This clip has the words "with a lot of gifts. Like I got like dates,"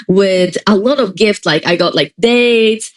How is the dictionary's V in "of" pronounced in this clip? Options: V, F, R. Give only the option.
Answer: V